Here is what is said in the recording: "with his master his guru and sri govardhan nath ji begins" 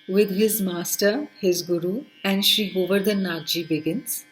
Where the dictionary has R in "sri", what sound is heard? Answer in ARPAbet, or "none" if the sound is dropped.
none